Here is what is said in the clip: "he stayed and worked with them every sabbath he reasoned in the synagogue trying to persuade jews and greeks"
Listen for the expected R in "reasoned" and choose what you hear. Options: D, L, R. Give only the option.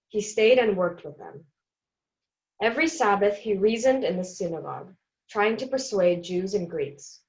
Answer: R